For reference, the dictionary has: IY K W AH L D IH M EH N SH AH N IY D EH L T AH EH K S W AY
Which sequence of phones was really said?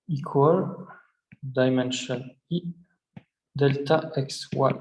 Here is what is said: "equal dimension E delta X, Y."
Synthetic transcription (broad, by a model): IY K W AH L D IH M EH N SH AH N IY D EH L T AH EH K S W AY